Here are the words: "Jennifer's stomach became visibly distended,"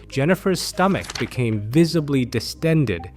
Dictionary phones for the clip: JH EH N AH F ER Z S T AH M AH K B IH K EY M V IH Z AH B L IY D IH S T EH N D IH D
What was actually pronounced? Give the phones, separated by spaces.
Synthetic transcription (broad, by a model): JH EH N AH F ER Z S T AH M AH K B IH K EY M V IH Z AH B L IY D IH S T EH N D IH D